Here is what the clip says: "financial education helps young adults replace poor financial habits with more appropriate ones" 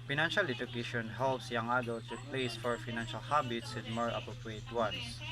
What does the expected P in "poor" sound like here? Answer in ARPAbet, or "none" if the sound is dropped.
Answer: F